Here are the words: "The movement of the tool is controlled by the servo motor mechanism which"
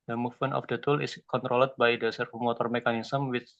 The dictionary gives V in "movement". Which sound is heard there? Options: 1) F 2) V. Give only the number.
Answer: 1